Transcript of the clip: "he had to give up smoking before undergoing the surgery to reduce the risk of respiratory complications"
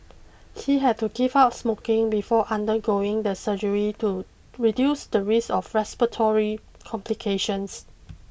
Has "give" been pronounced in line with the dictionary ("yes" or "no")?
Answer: no